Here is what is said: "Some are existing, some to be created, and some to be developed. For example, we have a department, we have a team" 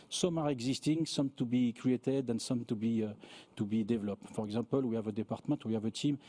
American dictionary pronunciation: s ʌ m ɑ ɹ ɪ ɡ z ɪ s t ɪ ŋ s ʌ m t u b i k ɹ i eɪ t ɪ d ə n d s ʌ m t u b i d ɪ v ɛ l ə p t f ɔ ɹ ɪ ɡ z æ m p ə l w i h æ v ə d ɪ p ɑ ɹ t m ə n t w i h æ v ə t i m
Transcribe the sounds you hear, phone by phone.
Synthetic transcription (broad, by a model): s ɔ m ɑ ɹ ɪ ɡ z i s t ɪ ŋ s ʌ m t u b i k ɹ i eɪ t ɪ d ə n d s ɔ m t u b i d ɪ v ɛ l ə p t f ɔ ɹ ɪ ɡ z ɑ p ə l w i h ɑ v ə d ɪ p ɑ ɹ t m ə t w i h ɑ v ə t i m